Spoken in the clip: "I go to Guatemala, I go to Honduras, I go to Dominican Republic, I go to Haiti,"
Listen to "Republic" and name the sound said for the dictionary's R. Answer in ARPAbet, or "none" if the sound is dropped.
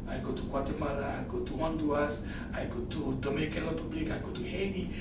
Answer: L